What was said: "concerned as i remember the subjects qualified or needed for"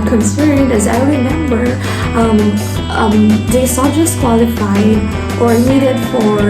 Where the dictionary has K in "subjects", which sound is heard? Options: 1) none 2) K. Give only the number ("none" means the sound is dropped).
1